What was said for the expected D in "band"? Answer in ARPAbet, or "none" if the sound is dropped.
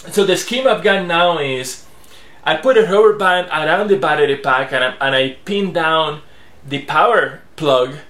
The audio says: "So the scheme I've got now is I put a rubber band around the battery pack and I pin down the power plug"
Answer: none